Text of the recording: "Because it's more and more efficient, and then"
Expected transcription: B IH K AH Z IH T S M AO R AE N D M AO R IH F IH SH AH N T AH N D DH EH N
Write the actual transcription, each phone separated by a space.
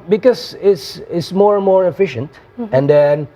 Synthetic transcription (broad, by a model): B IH K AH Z IH T S M AO R N M AO R IH F IH SH AH N T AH N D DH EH N